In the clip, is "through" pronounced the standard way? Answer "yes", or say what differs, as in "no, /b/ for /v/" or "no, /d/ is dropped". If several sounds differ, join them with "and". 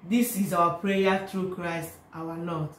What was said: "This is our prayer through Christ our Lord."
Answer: no, /t/ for /θ/